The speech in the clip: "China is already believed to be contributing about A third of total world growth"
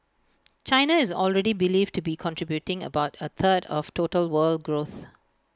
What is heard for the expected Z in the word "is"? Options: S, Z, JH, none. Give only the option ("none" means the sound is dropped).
Z